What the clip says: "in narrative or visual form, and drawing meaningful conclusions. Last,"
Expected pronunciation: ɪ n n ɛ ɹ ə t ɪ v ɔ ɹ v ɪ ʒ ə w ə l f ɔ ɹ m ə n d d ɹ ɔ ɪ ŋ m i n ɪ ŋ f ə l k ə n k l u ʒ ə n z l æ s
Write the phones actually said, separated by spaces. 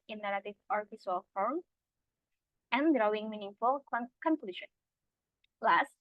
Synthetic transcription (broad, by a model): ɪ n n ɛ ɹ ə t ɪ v ɔ ɹ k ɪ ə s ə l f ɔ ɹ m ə n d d ɹ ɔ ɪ ŋ m i n ɪ ŋ f ə l k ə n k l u ʃ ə n l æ s